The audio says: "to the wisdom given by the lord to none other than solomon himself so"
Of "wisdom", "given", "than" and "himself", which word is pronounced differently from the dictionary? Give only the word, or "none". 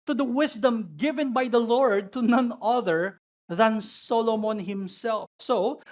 wisdom